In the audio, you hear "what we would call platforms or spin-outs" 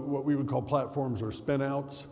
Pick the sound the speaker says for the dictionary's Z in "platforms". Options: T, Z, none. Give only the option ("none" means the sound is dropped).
Z